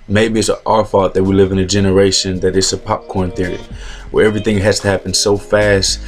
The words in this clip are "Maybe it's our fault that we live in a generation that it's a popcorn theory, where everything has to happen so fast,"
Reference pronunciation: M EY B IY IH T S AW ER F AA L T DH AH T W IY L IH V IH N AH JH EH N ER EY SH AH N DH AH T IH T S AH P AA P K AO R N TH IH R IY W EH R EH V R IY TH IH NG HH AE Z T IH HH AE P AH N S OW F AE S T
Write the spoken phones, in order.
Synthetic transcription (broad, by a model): M EY B IY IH T S AW ER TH AA T DH AH T W IY L IH V IH N AH JH EH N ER EY SH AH N DH AH T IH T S AH P AA P K AO R N TH IH R IY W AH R EH V R IY TH IH NG HH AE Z T IH HH AE P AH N S OW F AE S T